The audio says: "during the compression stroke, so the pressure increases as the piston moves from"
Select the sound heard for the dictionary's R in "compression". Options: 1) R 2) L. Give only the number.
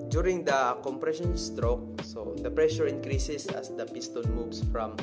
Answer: 1